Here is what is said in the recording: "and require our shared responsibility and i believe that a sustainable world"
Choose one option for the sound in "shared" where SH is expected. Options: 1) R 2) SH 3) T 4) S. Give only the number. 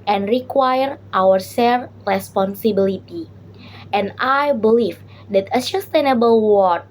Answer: 4